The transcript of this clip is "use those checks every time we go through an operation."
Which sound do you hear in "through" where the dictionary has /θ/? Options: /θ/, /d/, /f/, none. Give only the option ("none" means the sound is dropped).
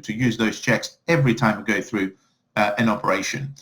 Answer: /θ/